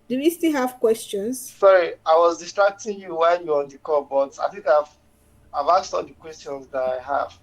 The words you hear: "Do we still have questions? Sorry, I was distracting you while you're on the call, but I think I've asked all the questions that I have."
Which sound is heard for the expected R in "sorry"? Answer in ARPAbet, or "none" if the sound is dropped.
R